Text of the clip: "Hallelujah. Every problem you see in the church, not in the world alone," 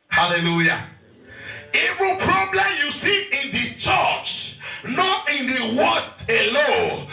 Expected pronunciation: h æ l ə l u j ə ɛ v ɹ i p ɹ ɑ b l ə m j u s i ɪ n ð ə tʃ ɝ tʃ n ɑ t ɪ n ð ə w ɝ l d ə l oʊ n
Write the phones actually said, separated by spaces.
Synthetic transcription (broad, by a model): h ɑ l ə l u j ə ɛ v ɹ i p ɹ ɑ b l ə m j u s i ɪ n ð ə tʃ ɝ tʃ n ɑ t ɪ n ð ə w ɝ d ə l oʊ